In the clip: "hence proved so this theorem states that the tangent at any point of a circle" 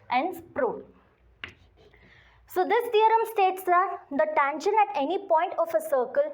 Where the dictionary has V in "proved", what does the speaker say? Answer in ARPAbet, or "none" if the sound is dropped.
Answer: none